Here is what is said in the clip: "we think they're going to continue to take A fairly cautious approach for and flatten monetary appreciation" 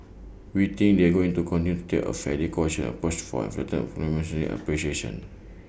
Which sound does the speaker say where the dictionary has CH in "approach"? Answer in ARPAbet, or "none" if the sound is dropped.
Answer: S